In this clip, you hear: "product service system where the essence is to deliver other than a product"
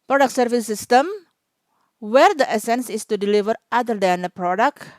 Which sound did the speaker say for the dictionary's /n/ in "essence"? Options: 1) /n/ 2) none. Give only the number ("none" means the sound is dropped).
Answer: 1